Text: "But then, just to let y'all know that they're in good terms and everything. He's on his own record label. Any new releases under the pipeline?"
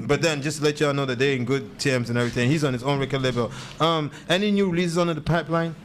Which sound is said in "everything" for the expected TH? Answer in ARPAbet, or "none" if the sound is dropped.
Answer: TH